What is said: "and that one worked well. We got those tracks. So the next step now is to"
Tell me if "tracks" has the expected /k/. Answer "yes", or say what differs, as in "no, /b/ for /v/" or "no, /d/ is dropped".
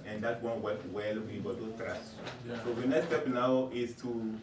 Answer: no, /k/ is dropped